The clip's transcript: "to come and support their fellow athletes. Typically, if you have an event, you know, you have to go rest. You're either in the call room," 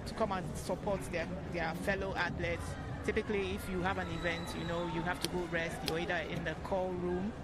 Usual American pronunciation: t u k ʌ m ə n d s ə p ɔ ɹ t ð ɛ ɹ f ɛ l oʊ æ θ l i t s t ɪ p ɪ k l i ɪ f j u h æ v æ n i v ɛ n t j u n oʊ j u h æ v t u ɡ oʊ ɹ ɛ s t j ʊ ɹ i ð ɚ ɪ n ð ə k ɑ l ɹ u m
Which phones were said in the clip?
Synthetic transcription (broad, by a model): t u k ʌ m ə n s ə p ɔ t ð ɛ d f ɛ l oʊ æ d l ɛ t s t ɪ p ɪ k l i ɪ f j u h æ v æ n i v ɛ n t j u n oʊ j u h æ f t u ɡ oʊ ɹ ɛ s t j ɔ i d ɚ ɪ n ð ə k ɑ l ɹ u m